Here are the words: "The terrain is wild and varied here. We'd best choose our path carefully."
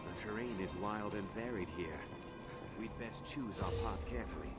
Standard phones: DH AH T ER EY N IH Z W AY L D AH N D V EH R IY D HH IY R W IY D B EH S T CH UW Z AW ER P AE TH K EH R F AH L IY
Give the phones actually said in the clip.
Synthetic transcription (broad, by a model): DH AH T ER EY N IH Z W AY L D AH N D V EH R IY D HH IY R W IY D B EH S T CH UW Z AW ER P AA T K EH R F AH L IY